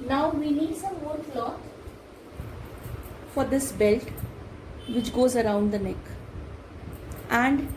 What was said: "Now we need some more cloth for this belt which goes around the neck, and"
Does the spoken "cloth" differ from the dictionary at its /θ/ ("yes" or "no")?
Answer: yes